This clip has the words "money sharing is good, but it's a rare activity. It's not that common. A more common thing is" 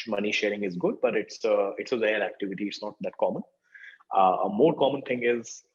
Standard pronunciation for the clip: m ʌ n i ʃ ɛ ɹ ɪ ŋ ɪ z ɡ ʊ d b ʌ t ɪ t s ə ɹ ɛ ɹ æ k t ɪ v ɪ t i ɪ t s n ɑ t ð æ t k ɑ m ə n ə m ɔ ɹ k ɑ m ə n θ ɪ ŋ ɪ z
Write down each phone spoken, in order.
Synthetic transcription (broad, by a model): m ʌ n i ʃ ɛ ɹ ɪ ŋ ɪ z ɡ ʊ d b ʌ t ɪ t s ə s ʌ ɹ æ k t ɪ v ɪ t i ɪ t s n ɑ t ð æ t k ɑ m ə n ə m ɔ ɹ k ɑ m ə n t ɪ ŋ ɪ z